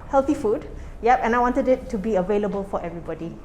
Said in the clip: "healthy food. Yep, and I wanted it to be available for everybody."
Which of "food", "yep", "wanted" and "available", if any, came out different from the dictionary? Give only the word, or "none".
none